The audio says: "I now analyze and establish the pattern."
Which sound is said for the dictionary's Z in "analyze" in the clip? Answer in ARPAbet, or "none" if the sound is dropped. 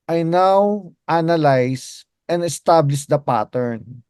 S